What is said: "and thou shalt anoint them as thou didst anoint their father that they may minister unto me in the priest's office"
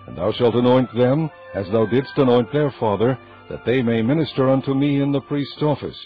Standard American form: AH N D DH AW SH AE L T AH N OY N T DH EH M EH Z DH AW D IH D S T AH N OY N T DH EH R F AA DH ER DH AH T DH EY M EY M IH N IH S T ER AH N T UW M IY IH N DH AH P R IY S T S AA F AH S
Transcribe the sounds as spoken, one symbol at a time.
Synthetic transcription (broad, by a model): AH N DH AW SH AE L T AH N OY N DH EH M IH Z DH AW D IH D S T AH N OY N DH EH R F AA DH ER DH AH T DH EY M EY M IH N IH S T ER AH N T UW M IY IH N DH AH P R IY S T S AA F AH S